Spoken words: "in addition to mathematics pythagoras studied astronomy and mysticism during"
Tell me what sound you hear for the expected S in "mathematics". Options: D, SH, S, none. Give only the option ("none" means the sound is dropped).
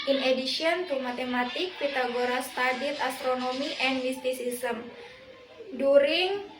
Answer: none